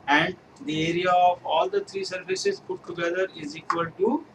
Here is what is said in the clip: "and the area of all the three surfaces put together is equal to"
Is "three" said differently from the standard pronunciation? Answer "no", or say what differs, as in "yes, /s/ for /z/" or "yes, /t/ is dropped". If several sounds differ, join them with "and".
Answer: yes, /t/ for /θ/